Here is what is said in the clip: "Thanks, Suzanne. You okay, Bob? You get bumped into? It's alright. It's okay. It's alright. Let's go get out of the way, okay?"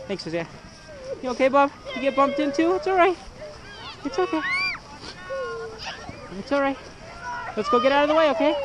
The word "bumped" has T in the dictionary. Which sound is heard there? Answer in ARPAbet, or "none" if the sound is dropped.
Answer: T